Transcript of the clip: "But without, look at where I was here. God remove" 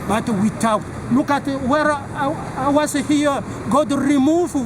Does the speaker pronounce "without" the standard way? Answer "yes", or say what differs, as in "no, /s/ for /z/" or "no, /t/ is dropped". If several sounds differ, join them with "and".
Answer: no, /t/ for /θ/